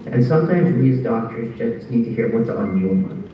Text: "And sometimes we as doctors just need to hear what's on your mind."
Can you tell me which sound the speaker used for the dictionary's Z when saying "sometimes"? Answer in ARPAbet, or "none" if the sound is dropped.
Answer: Z